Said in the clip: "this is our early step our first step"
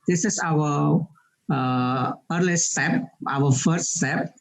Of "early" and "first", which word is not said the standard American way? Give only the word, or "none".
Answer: none